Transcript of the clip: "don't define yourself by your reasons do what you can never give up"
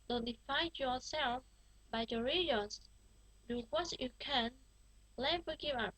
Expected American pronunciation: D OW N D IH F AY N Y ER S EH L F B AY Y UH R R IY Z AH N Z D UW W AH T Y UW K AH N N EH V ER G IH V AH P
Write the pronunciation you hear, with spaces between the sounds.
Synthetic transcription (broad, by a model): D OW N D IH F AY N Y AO S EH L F B AY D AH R R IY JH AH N S D UW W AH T Y UW K AH N L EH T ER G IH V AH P